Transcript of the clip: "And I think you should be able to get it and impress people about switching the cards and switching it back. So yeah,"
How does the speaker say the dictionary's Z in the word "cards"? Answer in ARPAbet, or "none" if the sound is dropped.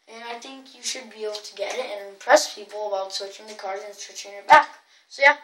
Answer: none